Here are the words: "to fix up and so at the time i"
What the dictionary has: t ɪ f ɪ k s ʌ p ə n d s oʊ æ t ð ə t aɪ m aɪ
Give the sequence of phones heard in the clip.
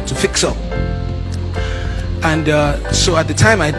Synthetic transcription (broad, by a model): t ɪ f ɪ k s ʌ p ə n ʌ s oʊ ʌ t ð ə t aɪ m aɪ